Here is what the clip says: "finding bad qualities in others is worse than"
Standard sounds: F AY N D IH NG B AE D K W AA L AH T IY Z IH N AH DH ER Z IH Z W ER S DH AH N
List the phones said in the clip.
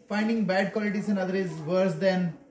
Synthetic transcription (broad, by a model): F AY N D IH NG B AE D K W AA L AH T IY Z IH N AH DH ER IH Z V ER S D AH N